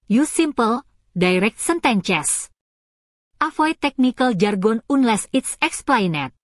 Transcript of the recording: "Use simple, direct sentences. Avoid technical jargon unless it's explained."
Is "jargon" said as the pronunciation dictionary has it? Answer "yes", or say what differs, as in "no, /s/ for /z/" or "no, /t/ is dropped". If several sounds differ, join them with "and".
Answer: yes